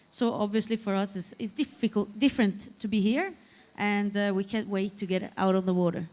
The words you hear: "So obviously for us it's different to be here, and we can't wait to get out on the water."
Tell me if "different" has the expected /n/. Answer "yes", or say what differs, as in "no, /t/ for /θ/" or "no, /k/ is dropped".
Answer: no, /l/ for /n/